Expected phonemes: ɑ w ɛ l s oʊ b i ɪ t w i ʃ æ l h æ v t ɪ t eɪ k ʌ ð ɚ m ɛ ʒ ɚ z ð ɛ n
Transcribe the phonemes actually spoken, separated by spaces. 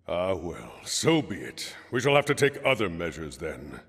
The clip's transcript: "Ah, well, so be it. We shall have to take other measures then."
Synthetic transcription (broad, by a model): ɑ w ɛ l s oʊ b i ɪ t w i ʃ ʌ l h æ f t ɪ t eɪ k ʌ ð ɚ m ɛ ʒ ɚ z ð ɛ n